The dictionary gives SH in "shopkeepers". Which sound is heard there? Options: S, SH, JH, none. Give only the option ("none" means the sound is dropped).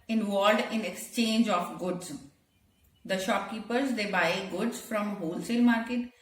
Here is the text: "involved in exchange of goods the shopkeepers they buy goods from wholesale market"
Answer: SH